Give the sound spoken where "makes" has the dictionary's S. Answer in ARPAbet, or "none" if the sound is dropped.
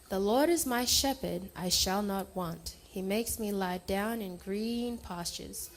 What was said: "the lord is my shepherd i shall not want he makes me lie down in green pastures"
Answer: S